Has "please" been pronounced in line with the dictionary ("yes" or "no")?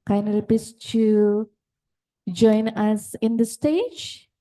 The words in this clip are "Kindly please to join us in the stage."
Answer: no